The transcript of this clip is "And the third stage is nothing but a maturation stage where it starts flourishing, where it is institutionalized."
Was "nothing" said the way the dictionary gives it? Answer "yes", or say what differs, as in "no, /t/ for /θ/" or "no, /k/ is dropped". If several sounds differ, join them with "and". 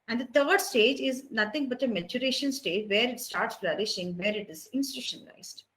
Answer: no, /t/ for /θ/